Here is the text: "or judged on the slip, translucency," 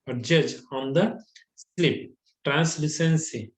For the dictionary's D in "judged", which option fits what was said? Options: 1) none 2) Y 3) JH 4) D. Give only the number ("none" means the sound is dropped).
1